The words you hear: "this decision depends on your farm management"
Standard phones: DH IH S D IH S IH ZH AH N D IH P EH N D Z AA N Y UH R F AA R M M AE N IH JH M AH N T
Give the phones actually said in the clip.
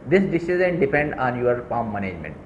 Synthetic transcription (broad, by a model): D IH S D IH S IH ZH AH N D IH P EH N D AA N Y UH R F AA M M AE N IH JH M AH N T